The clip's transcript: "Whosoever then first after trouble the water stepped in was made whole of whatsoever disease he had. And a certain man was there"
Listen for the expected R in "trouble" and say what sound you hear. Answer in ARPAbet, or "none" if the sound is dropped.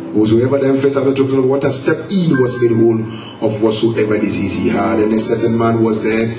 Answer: none